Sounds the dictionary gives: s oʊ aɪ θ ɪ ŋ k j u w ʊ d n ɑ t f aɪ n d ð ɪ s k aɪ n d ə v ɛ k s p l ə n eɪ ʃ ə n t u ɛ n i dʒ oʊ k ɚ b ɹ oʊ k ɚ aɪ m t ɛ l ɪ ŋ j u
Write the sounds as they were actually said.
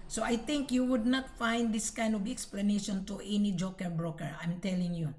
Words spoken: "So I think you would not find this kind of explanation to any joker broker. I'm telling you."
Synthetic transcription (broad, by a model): s oʊ aɪ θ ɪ ŋ k j u w ʊ d n ɑ t f aɪ n d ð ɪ s k aɪ n d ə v ɛ k s p l ə n eɪ ʃ ə n t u ɛ n i dʒ oʊ k ɚ b ɹ oʊ k ɚ aɪ m t ɛ l ɪ ŋ j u